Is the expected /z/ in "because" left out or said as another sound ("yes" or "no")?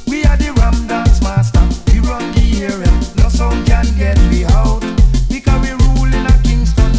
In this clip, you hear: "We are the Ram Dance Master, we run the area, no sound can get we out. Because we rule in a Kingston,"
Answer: yes